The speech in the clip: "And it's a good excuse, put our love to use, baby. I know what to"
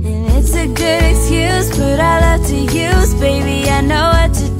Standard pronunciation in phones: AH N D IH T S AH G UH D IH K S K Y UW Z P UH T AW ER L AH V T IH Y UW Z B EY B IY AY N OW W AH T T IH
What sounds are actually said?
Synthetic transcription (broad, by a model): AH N IH T S AH G UH D IH K S K Y UW Z B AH T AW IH L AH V T IH Y UW Z B EY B IY AY N OW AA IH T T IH